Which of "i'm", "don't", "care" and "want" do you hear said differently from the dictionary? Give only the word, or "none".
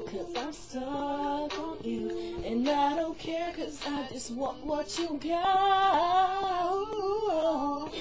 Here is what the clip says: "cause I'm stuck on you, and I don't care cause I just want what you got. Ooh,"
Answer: want